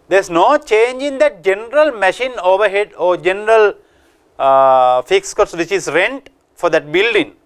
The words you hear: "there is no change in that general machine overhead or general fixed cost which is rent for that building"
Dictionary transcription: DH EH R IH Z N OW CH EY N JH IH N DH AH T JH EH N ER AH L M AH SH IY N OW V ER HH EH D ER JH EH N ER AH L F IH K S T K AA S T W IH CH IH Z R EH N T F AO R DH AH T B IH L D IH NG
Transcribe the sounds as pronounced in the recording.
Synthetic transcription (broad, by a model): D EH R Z N OW CH EY N JH IH N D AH T JH EH N ER AH L M AH SH IY N OW V ER HH EH D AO JH EH N ER AH L F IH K S K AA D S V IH CH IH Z R EH N T F AO R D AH T B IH L D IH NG